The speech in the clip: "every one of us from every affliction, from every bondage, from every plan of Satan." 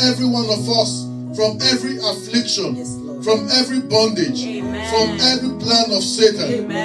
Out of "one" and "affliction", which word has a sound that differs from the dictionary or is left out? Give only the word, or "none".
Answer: none